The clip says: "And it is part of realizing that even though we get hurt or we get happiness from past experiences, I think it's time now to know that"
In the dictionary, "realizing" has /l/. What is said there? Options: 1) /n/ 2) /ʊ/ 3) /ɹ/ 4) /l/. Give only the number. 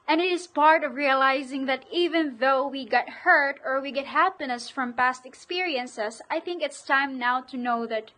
4